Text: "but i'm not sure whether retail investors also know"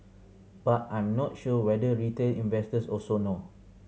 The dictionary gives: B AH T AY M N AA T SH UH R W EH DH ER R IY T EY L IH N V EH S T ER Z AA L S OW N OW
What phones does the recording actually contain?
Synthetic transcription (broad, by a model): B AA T AY M N AA T SH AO W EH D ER R IY T EY L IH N V EH S T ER S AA S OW N OW